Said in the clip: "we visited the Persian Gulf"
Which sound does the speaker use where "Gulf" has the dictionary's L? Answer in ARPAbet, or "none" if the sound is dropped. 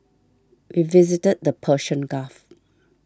none